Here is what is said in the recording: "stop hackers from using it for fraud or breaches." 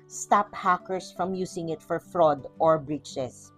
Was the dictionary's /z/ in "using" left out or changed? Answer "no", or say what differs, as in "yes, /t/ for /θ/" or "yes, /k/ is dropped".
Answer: yes, /s/ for /z/